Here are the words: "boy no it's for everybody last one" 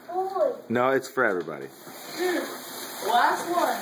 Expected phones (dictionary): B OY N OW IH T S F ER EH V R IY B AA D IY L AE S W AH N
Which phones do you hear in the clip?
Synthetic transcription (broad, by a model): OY N OW IH T S F ER EH V R IY B AA D IY W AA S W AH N